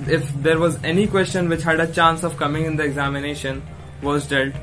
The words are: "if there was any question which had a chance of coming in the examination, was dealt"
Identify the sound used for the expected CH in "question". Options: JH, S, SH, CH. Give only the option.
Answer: CH